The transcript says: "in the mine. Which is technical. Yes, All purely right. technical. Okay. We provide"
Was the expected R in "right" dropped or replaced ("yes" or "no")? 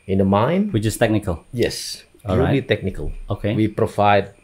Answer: yes